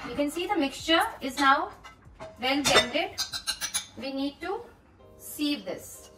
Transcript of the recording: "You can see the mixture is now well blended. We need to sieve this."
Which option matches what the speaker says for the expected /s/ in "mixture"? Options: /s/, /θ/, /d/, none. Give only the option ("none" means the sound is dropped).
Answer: /s/